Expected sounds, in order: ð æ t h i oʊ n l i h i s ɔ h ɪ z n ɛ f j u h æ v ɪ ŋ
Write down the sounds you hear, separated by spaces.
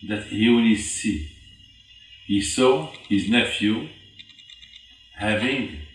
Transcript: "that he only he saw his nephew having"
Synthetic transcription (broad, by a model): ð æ t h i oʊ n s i h i s ɔ h ɪ z n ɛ f j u h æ v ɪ ŋ